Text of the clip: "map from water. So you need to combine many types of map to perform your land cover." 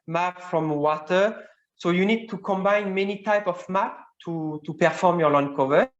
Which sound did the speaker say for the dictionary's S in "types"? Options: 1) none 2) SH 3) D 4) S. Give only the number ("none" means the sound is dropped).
1